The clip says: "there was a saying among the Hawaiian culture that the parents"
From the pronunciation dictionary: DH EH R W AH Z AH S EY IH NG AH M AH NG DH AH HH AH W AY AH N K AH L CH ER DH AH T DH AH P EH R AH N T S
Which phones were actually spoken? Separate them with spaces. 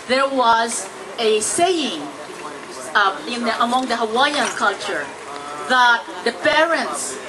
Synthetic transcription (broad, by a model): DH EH R W AH Z AH S EY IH NG AH M AH NG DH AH HH AH W AY AH N K AH L CH ER DH AH T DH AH P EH R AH N T S